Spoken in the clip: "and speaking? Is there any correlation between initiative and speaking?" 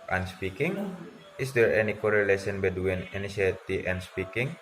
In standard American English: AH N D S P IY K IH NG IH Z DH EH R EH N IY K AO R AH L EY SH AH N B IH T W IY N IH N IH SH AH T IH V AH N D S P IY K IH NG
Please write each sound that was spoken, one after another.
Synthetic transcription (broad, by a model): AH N S P IY K IH NG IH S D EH R EH N IY K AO R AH L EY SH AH N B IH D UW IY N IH N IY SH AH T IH AH N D S P IY K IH NG